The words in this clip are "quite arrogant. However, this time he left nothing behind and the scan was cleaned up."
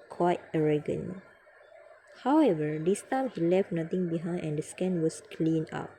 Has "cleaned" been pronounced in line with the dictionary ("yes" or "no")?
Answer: no